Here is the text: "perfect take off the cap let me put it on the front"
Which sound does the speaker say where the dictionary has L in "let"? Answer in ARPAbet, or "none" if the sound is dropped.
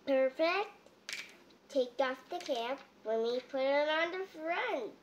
W